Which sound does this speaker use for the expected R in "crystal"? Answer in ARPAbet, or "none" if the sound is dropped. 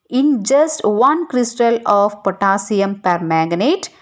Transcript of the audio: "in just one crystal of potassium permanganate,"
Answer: R